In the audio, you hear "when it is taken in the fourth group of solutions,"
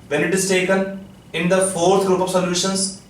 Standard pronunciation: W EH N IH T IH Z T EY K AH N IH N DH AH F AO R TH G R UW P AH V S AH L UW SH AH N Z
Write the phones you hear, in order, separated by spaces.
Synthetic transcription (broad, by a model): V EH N IH T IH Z T EY K AH N IH N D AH F AO R T G R UW P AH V S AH L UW SH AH N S